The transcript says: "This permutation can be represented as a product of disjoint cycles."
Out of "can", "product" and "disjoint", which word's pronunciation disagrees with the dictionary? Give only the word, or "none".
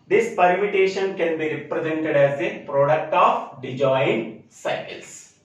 disjoint